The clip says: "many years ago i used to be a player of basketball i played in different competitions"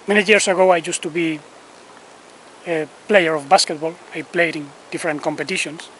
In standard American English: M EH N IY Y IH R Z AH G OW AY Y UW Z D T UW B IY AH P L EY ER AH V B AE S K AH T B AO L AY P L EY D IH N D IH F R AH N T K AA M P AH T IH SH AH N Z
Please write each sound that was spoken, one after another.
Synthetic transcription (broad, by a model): M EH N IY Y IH R S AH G OW AY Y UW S T UW B IY AH P L EY ER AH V B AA S K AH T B AO L AY P L EY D IH N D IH F R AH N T K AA M P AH T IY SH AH N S